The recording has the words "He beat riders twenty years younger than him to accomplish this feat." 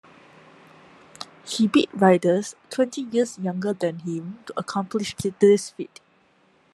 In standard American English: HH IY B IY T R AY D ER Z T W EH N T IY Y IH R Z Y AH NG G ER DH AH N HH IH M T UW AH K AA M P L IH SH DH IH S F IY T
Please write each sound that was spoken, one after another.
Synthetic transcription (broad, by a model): HH IY B IY T R AY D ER S T W EH N T IY Y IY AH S Y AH NG G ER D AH N HH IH M T UW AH K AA M P L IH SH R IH S F IY T